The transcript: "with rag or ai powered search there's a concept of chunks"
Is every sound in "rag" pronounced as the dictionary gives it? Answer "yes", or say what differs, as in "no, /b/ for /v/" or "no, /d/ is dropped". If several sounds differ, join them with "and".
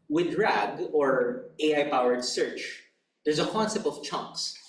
yes